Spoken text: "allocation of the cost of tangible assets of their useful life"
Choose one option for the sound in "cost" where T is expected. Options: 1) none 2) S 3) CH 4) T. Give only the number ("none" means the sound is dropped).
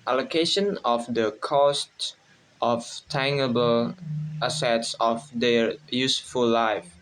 4